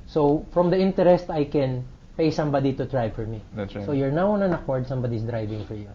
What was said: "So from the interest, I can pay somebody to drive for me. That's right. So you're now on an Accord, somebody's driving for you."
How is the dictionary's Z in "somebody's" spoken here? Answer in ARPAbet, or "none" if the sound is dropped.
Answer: S